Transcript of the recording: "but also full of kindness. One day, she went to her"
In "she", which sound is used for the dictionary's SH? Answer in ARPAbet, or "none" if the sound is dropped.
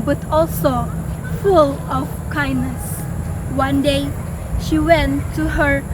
SH